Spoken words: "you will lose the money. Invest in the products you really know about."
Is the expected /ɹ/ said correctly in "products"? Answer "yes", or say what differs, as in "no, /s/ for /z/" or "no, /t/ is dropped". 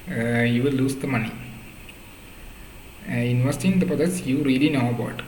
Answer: no, /ɹ/ is dropped